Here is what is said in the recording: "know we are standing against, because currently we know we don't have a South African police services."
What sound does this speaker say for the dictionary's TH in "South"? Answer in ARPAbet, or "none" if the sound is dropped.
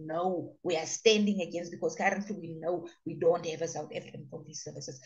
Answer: T